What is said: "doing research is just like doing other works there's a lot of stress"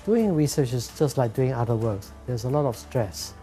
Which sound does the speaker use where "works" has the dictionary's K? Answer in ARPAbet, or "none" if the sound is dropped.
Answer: K